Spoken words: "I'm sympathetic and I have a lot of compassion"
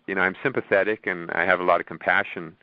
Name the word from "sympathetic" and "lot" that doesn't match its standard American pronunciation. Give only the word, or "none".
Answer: none